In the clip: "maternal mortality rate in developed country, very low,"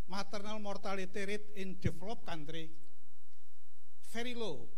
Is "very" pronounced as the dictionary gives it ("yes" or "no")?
no